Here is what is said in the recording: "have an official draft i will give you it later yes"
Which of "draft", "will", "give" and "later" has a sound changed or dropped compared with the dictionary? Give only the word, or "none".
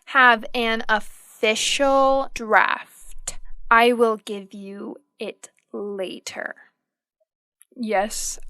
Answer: none